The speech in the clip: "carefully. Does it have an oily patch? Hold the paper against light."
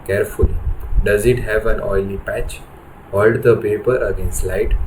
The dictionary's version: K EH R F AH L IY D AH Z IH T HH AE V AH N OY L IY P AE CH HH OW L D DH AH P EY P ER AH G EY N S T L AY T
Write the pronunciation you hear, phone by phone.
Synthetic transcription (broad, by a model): K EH R F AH L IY D AH Z IH T HH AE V AH N OY L IY P AE CH HH OW L D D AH P EY P ER AH G EY N S T L AY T